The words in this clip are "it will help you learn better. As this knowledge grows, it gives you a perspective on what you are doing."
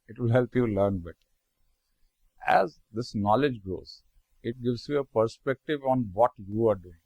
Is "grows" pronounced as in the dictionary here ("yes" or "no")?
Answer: no